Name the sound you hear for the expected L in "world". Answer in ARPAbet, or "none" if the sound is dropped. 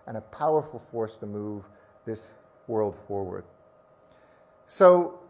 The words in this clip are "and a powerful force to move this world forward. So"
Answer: L